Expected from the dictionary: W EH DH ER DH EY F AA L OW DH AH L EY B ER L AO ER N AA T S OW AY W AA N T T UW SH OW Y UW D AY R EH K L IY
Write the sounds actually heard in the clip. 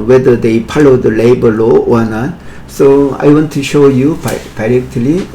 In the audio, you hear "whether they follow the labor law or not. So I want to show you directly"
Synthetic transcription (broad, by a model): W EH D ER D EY P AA L OW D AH L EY B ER L AO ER N AA T S OW AY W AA N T T UW SH OW Y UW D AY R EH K L IY